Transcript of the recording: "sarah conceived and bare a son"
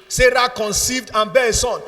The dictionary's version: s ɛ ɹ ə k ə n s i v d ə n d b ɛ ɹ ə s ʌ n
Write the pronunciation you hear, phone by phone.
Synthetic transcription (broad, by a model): s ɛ ɹ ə k ə n s i v d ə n b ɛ ə s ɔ n